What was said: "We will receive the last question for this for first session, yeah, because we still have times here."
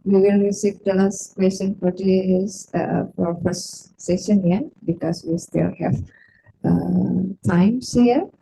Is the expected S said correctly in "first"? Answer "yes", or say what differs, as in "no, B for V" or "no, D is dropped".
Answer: no, S is dropped